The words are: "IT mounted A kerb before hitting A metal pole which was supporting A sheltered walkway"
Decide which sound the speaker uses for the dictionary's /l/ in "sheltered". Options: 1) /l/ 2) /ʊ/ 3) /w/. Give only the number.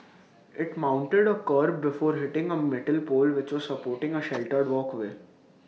1